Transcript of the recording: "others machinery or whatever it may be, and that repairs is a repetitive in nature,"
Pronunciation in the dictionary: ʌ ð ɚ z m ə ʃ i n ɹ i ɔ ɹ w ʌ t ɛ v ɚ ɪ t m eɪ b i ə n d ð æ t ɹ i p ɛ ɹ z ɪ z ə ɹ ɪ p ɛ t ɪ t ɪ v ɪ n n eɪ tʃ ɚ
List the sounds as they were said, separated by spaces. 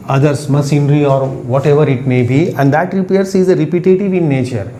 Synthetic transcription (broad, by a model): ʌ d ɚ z m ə s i n ɹ i ɔ ɹ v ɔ t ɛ v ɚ ɪ t m eɪ b i ə n d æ t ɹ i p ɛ ɹ s ɪ z ə ɹ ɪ p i t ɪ t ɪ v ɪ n n eɪ tʃ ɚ